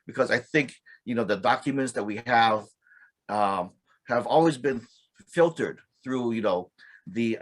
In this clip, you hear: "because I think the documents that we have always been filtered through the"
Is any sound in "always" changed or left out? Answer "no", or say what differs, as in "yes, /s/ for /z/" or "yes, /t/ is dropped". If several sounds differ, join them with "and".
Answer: no